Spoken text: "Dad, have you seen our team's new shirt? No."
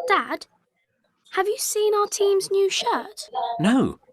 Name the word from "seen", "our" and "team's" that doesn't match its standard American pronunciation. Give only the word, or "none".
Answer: none